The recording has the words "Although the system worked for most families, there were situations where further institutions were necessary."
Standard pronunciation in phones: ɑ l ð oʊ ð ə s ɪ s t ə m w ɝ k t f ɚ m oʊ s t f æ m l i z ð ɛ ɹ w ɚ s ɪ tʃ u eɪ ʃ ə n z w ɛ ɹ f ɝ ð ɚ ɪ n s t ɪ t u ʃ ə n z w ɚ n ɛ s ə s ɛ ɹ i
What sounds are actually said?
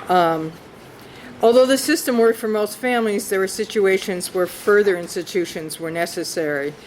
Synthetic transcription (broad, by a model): ɑ l ð oʊ ð ə s ɪ s t ə m w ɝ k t f ɚ m oʊ s t f æ m l i z ð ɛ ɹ w ɚ s ɪ tʃ u eɪ ʃ ə n z w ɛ ɹ f ɝ ð ɚ ɪ n s t ɪ t u ʃ ə n z w ɚ n ɛ s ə s ɛ ɹ i